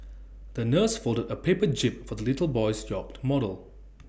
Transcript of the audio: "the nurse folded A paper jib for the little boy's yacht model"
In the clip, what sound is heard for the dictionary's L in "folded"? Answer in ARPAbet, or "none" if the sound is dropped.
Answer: L